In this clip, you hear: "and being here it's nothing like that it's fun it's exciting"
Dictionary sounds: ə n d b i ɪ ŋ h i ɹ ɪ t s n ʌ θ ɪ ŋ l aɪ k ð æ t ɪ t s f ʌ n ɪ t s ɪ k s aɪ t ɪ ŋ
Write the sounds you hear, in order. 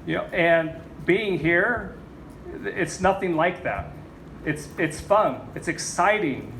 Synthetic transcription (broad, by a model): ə n b i ɪ ŋ h i ɹ ɪ t s n ʌ θ ɪ ŋ l aɪ k ð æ t ɪ t s f ʌ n ɪ t s ɪ k s aɪ t ɪ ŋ